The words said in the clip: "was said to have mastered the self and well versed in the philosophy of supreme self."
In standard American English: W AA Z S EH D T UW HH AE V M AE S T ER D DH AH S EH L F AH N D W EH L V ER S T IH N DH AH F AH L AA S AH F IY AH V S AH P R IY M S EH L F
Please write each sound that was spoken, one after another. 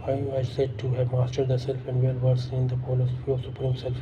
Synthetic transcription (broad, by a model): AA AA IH S EH D T UW HH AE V M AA S T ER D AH S EH L F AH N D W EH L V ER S IH N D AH P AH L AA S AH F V S AH P R IY M S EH L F